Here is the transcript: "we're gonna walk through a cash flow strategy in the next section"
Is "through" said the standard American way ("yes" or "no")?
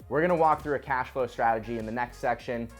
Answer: yes